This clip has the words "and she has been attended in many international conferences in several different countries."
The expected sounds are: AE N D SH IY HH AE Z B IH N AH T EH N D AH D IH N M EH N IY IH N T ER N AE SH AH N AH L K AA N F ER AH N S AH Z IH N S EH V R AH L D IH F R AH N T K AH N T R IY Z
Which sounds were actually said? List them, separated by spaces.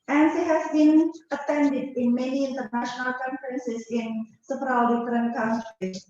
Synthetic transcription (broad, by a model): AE N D S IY HH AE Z B IH N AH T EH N D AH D IH N M EH N IY IH N T ER N AE SH AH N AH L K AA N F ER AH N S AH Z IH N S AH P R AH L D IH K R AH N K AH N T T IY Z